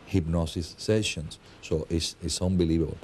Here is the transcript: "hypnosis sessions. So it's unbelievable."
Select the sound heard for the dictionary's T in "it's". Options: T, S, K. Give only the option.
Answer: S